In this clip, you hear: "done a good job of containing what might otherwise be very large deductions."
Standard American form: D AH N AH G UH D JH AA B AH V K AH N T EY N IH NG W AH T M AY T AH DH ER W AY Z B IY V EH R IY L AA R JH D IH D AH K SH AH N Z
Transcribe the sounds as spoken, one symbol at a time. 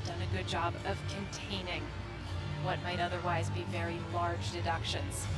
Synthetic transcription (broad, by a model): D AH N AH G UH D JH AA B AH V K AH N T EY N IH NG W AH T M AY T AH DH ER W AY Z B IY V EH R IY L AA R JH D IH D AH K SH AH N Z